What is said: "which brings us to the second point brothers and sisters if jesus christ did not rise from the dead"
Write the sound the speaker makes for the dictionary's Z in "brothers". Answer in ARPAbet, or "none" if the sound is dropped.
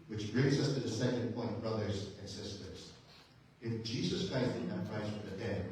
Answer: Z